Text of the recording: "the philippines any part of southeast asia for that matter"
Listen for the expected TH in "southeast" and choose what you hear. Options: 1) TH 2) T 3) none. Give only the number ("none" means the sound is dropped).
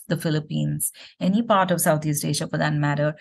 2